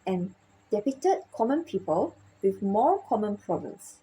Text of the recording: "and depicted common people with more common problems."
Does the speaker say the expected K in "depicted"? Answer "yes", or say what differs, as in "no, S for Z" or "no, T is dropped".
no, K is dropped